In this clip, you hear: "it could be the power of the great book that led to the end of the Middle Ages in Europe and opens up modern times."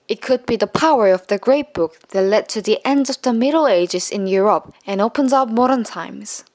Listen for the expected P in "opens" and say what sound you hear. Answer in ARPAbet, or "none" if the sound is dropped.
P